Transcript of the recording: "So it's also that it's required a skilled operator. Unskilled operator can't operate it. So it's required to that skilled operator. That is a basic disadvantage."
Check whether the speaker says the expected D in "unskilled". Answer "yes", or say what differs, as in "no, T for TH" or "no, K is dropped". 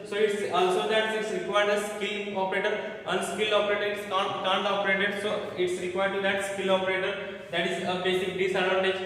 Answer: no, D is dropped